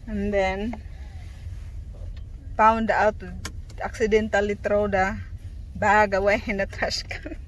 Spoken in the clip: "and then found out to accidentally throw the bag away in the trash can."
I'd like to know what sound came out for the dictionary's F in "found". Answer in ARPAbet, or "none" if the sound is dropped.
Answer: P